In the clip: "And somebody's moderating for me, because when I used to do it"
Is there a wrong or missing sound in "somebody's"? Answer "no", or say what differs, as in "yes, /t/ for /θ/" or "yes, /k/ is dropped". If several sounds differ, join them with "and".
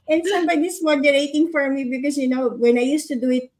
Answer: yes, /s/ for /z/